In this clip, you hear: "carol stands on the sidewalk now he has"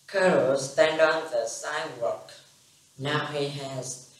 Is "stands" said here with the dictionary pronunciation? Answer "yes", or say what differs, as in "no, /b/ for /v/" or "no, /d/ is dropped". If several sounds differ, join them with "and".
no, /z/ is dropped